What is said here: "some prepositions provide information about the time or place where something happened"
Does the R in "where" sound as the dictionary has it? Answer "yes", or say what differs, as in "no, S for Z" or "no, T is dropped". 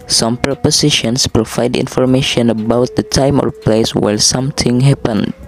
no, L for R